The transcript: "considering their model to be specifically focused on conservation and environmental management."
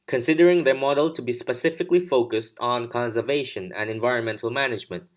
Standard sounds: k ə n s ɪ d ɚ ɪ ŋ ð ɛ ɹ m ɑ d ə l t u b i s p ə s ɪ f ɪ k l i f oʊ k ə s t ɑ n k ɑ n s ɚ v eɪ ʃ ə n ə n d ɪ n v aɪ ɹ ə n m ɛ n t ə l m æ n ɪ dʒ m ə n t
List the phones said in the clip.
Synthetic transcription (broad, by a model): k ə n s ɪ d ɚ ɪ ŋ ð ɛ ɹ m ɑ d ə l t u b i s p ə s ɪ f ɪ k l i f oʊ k ə s t n k ɑ n s ɚ v eɪ ʃ ə n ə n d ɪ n v aɪ ɹ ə n m ɛ n t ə l m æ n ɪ dʒ m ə n t